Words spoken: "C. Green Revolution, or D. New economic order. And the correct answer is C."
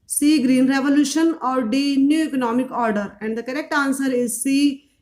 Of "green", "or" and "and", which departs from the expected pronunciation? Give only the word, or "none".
none